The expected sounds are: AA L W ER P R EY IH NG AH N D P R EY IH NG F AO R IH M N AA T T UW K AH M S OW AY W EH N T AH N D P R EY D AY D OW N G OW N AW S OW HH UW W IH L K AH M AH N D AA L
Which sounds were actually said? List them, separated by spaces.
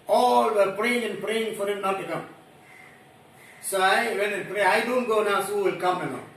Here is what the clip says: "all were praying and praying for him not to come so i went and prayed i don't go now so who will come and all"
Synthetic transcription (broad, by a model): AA L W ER P R EY IH NG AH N P R EY IH NG F AO R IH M N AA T T UW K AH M S OW AY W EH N AH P R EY AY D OW N G OW N AW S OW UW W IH L K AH M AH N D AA